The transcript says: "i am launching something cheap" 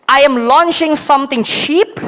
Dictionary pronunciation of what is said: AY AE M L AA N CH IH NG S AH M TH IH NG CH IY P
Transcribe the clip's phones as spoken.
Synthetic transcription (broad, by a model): AY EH M L AA N CH IH NG S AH M T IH NG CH IY P